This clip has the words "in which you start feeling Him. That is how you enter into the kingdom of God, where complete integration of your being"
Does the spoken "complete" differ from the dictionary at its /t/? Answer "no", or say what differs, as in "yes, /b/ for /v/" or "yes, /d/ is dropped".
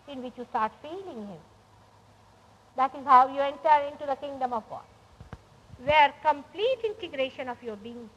no